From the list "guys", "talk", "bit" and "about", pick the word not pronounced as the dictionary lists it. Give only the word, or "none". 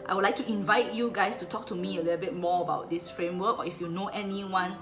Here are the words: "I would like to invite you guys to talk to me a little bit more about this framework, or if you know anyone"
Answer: guys